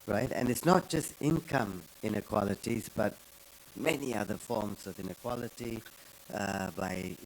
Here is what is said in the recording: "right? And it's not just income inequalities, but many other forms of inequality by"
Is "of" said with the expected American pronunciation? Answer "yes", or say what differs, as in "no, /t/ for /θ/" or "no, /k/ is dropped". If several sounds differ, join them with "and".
yes